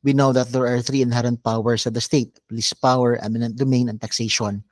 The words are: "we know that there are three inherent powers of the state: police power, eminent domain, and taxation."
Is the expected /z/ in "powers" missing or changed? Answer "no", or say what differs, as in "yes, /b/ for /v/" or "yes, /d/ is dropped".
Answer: yes, /s/ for /z/